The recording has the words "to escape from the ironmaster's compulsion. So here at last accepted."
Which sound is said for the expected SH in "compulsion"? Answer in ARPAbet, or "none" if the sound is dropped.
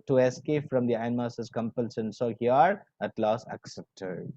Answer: S